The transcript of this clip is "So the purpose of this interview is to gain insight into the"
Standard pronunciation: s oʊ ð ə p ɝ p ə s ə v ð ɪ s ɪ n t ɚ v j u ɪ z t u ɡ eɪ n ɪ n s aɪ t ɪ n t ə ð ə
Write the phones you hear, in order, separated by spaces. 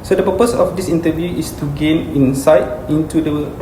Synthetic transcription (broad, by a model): s oʊ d ə p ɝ p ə s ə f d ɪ s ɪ n t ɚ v j u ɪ s t u ɡ eɪ n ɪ n s aɪ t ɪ n t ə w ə